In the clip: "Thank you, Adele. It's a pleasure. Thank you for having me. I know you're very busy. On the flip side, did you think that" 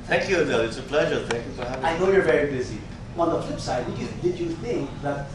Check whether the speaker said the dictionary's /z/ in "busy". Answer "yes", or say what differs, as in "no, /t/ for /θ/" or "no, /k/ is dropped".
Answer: yes